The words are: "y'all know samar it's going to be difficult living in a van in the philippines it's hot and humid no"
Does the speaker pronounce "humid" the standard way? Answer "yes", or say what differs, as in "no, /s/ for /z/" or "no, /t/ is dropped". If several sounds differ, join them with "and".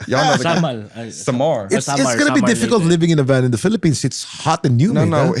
no, /m/ is dropped